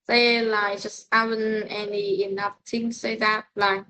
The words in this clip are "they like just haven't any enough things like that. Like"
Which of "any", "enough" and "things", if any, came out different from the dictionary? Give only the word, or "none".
things